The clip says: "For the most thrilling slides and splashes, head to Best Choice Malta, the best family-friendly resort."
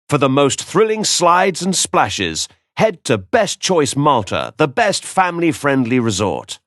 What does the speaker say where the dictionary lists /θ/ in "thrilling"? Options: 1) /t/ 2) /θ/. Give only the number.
2